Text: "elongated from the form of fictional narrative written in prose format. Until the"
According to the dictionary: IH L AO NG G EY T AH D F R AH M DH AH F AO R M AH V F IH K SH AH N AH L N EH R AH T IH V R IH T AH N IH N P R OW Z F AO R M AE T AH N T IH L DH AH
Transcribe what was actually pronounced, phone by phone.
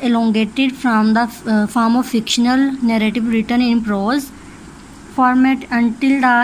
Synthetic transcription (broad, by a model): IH L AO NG G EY T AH D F R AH M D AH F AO R M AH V F IH K SH AH N AH L N EH R AH T IH V R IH T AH N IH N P R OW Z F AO R M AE T AH N T IH L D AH